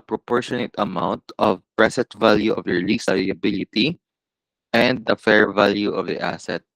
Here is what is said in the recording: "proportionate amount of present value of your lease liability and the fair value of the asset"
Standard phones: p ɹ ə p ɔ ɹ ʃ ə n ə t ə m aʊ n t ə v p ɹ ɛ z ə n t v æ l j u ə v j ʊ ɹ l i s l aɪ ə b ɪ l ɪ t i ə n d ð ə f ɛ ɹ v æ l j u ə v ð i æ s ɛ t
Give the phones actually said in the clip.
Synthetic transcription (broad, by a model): p ɹ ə p ɔ ɹ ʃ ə n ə t ə m aʊ n t ə v p ɹ ɛ s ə n t v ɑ l j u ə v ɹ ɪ l i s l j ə b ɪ l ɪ t i ə n d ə f ɛ ɹ v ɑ l j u ə v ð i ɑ s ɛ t